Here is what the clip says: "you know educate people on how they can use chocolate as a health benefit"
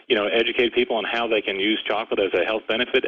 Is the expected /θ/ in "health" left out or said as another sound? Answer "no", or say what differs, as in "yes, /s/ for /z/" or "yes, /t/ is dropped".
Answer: no